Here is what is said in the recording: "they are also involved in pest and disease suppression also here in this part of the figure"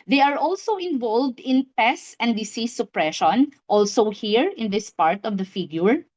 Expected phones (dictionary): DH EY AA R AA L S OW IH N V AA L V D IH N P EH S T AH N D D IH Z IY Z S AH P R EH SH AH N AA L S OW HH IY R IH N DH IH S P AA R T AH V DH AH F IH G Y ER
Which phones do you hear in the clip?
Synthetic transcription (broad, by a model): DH EY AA R AA L S OW IH N V AA L V D IH N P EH S AH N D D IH S IY S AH P R EH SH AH N AA L S OW HH IY R IH N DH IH S P AA R T AH V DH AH F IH G Y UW